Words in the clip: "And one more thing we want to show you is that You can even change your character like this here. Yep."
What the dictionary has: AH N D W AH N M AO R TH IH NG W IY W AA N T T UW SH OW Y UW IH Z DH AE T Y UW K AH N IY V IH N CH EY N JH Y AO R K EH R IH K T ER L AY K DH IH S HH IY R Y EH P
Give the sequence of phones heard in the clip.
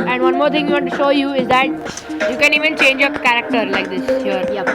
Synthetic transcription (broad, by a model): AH N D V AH N M AO R T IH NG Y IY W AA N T T UW SH OW Y UW IH Z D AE T Y UW K AH N IY V IH N CH EY N JH Y AO R K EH R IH K T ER L AY K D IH S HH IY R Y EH